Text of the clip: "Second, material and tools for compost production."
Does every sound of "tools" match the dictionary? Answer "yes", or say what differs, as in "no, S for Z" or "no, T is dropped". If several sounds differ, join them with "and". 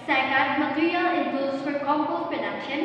no, L is dropped